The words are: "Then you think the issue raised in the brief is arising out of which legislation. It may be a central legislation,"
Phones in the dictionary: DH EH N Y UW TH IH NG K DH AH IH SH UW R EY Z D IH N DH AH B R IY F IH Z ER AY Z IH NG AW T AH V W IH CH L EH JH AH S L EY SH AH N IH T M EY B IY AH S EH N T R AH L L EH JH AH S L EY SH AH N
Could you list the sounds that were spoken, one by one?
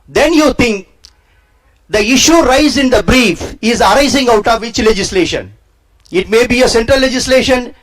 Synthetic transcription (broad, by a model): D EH N Y UW T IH NG K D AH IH SH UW R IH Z IH N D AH B R IY F IH Z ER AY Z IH NG AW T AH V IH CH L EH JH AH S L EY SH AH N IH T M EY B IY AH S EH N T R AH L L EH JH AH S L EY SH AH N